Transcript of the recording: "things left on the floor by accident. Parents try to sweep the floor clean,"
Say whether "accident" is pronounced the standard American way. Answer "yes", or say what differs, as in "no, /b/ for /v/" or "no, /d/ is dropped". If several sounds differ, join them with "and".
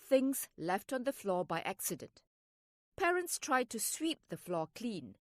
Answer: yes